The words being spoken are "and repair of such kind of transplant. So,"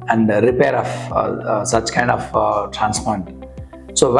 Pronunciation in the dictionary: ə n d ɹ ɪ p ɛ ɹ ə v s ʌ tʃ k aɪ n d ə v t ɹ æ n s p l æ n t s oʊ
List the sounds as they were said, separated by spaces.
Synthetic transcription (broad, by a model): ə n d ɹ ɪ p ɛ ɹ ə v s ʌ tʃ k aɪ n d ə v t ɹ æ n s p ɔ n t s oʊ